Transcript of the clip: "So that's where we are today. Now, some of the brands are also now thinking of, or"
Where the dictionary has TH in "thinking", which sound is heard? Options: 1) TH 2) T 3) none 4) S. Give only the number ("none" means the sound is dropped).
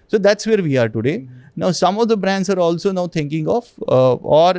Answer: 2